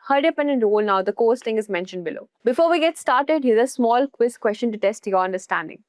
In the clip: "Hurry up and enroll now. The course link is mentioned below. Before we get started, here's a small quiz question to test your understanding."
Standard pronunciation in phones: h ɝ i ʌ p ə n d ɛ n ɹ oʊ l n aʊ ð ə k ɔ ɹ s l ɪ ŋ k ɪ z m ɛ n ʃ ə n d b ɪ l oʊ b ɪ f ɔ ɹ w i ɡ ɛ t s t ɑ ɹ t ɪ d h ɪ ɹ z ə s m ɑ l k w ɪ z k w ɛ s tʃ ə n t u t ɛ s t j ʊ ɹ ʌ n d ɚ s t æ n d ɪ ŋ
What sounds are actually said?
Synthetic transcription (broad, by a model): h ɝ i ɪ p ə n d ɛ n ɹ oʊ l n aʊ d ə k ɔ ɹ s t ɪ ŋ ɪ z m ɛ n ʃ ə n d b ɪ l oʊ b ɪ f ɔ ɹ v i ɡ ɛ t s t ɑ ɹ t ɪ d h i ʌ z ə s m ɑ l k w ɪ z k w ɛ s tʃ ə n t u t ɛ s t j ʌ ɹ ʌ n d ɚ s t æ n d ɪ ŋ